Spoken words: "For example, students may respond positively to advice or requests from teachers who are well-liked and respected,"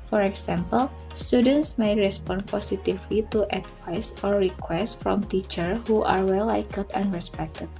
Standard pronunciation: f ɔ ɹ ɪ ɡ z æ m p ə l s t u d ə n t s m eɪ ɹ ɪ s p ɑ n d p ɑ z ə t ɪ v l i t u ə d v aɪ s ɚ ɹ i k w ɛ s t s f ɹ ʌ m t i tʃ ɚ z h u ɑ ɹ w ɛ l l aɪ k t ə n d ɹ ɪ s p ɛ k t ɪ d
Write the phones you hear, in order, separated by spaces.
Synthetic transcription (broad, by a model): f ɔ ɹ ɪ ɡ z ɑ m p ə l s t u d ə n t s m eɪ ɹ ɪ s p ɑ n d p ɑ s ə t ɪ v l i t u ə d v aɪ s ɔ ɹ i k w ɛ s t f ɹ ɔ m t i tʃ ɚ h u ɑ ɹ w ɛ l l aɪ k ə l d ɹ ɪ s p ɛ k t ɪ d